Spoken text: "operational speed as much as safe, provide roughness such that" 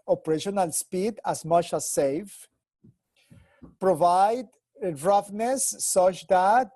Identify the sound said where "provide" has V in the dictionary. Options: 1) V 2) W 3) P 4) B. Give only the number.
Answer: 1